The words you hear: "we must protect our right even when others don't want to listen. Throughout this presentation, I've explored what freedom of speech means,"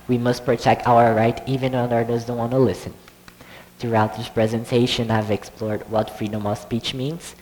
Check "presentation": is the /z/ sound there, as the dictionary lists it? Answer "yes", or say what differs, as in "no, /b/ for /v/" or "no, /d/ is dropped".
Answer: yes